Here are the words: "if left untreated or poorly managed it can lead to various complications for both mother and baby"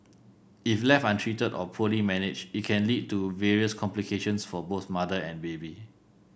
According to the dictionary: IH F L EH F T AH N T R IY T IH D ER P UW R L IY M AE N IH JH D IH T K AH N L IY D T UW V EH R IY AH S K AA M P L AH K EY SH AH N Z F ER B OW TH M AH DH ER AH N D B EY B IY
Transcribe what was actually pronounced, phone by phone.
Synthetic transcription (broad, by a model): IH F L EH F AH N T R IY T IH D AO P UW L IY M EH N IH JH IH T K AH N L IY D T UW V EH R IY AH S K AA M P L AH K EY SH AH N S F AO B OW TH M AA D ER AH N B EY B IY